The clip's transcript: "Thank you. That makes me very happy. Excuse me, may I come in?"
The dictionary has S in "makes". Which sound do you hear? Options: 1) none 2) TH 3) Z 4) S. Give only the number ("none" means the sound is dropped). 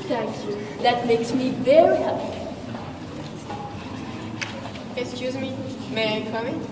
4